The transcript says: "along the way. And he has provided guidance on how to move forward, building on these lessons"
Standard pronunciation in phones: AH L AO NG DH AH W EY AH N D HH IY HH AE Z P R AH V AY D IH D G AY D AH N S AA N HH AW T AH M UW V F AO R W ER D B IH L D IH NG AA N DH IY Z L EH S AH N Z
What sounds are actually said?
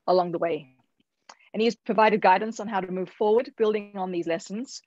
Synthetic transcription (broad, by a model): AH L AO NG DH AH W EY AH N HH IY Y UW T P R AH V AY D IH D G AY D N S N HH AW T AH M UW V F AO R W ER D B IH L D IH NG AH N DH IY Z L EH S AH N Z